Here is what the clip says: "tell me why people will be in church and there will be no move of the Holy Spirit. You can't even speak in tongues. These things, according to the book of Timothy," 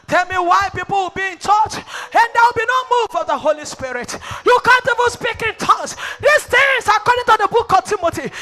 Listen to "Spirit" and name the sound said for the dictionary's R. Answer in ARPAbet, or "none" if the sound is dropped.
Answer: R